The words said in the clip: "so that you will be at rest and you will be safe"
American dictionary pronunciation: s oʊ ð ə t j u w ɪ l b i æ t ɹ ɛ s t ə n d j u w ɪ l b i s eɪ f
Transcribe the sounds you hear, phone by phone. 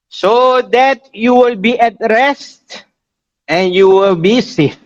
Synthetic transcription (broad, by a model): s oʊ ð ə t j u w ɪ l b i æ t ɹ ɛ s t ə n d j u w ɪ l b i s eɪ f